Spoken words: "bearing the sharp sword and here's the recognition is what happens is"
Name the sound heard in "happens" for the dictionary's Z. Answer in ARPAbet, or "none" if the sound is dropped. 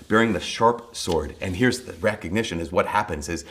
Z